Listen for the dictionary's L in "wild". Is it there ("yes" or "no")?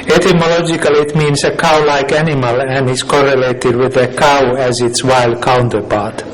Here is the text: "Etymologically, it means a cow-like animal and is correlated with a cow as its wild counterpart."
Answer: yes